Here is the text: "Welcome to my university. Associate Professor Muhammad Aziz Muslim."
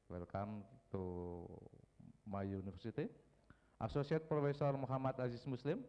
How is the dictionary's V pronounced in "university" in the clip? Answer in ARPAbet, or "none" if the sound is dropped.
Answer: F